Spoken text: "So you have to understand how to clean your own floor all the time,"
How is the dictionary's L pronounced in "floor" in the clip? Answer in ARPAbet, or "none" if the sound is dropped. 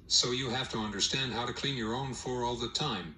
none